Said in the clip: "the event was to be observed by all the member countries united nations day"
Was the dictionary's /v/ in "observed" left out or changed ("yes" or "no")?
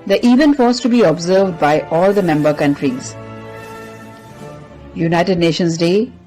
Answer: no